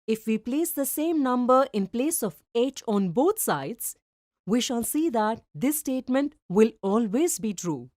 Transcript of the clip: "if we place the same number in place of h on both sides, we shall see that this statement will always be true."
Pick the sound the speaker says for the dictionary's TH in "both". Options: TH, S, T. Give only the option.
T